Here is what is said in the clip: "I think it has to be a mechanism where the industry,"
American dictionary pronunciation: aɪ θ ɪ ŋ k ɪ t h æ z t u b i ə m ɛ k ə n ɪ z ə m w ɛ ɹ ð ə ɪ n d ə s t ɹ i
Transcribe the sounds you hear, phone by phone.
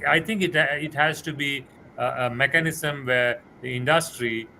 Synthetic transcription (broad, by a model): aɪ t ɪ ŋ k ɪ t h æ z t u b i ə m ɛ k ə n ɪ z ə m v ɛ ɹ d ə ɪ n d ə s t ɹ i